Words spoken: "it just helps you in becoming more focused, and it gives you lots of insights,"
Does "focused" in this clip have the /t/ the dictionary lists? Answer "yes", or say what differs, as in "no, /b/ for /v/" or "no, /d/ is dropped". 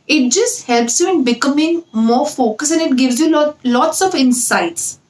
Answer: no, /t/ is dropped